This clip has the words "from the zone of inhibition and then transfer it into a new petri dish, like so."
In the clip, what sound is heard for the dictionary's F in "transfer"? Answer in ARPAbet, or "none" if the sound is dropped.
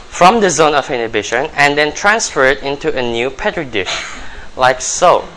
F